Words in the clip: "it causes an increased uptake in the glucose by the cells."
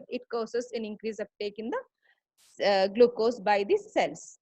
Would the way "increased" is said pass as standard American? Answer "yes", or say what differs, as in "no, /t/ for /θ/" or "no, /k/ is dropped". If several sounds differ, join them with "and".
no, /t/ is dropped